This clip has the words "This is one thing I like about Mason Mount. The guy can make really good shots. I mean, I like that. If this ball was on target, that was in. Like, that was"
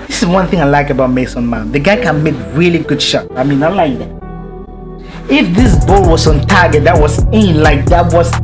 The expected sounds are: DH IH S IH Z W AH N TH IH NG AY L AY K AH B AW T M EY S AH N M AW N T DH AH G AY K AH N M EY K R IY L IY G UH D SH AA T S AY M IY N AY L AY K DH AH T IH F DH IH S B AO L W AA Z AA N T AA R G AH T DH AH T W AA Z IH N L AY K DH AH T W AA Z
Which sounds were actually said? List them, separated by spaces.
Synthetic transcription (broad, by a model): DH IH S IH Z W AH N TH IH NG AY L AY K AH B AW T M EY S AH N M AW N DH AH G AY K AH N M EY K R IY L IY G UH D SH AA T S AY M IY N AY L AY K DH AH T IH F DH IH S B AO L W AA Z AA N T AA G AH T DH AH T W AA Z IH N L AY K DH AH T W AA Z